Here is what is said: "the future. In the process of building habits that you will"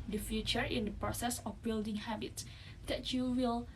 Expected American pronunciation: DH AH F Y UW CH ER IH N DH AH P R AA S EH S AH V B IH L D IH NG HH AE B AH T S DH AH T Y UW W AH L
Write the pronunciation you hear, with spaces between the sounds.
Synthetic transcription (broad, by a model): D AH F Y UW CH ER IH N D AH P R AA S EH S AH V B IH L D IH NG HH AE B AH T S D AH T Y UW W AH L